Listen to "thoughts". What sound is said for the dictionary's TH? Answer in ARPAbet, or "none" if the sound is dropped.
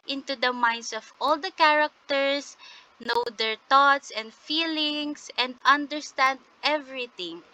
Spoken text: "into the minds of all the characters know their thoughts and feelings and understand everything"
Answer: T